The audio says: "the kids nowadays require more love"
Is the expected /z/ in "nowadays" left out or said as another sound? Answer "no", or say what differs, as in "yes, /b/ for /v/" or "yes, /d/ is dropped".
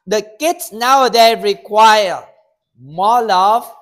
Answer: yes, /z/ is dropped